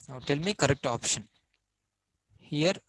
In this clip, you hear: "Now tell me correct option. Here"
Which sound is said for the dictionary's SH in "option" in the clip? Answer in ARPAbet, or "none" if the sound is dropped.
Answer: SH